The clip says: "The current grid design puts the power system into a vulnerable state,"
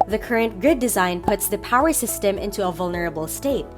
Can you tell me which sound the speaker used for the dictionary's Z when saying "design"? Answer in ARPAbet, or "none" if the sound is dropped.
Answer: Z